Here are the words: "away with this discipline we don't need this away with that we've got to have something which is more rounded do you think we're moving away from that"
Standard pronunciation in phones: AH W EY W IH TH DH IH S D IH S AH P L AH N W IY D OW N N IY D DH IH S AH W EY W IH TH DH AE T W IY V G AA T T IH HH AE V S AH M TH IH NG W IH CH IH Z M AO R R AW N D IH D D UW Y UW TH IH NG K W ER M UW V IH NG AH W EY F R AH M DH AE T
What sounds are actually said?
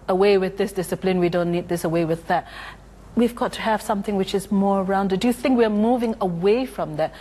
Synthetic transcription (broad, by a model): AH W EY W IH DH IH S D IH S AH P L AH N W IY D OW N N IY D DH IH S AH W EY W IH DH AE T W IY V G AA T T IH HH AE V S AH M TH IH NG W IH CH IH Z M AO R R AW N D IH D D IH Y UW TH IH NG K W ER M UW V IH NG AH W EY F R AH M DH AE T